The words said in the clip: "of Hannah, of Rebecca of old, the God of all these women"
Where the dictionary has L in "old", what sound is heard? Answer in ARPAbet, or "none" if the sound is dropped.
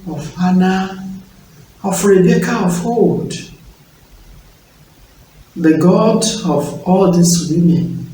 none